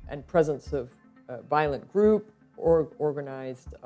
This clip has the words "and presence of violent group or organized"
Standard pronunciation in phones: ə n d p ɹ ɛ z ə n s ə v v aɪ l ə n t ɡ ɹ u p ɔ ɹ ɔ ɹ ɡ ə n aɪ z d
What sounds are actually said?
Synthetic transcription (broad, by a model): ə n p ɹ ɛ z ə n s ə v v aɪ l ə n ɡ ɹ u p ɔ ɹ ɔ ɹ ɡ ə n aɪ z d